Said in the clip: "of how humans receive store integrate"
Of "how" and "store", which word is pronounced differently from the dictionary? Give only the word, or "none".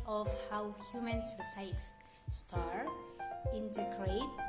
none